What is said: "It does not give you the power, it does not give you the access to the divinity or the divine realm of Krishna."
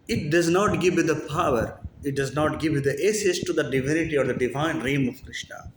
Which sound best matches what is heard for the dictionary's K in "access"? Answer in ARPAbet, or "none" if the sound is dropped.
none